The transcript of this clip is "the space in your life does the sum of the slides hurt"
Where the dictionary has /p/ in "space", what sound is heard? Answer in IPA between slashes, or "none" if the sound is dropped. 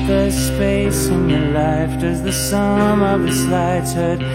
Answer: /f/